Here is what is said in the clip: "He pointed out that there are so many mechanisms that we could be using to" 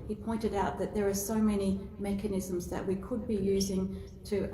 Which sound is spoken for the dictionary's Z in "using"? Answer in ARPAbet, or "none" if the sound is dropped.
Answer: Z